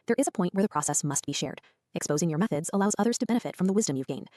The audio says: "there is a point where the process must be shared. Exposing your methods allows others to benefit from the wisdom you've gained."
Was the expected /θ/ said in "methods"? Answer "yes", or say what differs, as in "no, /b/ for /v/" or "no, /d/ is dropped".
yes